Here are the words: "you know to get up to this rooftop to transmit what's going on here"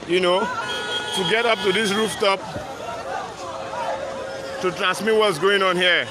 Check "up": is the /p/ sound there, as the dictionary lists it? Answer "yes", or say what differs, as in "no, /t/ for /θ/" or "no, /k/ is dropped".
yes